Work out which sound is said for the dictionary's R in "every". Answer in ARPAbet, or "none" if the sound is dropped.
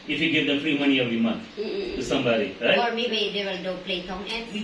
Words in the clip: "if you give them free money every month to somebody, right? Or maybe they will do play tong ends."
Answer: none